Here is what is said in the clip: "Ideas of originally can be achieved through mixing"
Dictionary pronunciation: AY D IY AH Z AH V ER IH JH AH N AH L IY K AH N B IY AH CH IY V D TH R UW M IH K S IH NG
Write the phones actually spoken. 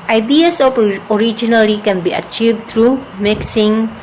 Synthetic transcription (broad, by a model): AY D IY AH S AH P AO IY JH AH N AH L IY K AH N B IY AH CH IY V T R UW M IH K S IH NG